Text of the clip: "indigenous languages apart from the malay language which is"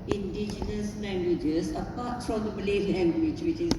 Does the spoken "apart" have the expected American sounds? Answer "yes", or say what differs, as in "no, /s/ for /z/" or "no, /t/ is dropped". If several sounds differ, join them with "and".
yes